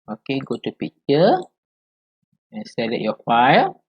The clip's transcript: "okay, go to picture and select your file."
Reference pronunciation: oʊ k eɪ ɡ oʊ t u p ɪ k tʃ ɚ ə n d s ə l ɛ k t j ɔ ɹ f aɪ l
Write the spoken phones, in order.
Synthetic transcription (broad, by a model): oʊ k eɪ ɡ oʊ t u p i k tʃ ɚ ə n s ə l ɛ t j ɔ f aɪ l